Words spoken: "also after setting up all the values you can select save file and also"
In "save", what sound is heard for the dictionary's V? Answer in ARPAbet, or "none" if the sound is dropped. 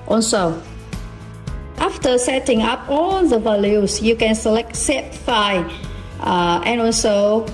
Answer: P